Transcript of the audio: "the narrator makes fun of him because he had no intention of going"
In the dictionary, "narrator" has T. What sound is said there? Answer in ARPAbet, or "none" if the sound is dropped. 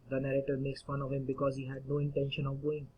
T